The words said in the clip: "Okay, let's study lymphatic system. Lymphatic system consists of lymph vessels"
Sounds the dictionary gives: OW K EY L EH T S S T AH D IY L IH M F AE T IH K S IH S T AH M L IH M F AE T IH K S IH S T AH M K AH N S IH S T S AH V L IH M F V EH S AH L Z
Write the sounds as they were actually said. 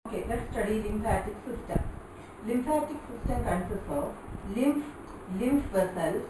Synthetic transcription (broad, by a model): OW K EY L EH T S S T AH D IY L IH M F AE T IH K S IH S T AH M L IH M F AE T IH K S IH S T AH M K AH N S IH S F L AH P L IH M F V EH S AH L